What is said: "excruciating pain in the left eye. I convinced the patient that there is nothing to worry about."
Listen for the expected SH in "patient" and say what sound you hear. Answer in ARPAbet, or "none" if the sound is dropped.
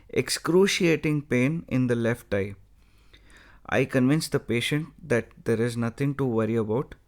SH